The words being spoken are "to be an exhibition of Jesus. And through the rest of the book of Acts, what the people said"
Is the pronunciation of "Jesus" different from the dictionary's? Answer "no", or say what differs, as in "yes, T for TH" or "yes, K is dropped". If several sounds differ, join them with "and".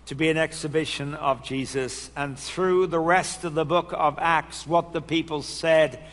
no